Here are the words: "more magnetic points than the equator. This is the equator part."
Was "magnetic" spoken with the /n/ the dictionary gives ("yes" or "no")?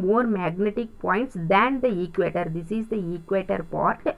yes